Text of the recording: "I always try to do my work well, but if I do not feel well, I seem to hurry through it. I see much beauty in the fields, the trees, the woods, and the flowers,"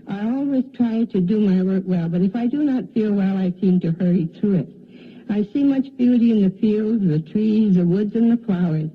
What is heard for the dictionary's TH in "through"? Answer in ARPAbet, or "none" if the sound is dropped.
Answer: TH